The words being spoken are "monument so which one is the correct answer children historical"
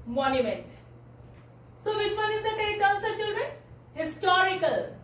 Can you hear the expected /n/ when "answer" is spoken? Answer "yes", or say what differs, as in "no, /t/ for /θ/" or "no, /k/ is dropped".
no, /l/ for /n/